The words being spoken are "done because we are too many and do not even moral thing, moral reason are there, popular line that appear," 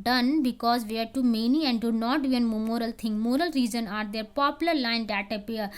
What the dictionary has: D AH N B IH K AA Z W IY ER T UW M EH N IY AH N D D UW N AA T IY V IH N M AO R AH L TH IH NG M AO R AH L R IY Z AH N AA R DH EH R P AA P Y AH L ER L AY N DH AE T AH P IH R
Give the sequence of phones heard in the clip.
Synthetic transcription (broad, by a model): D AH N B IH K AA Z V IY ER T UW M EH N IY AH N D D UW N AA T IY IH N M AO R AH L T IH NG M AO R AH L R IY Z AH N AA R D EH R P AA P Y AH L ER L AY N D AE T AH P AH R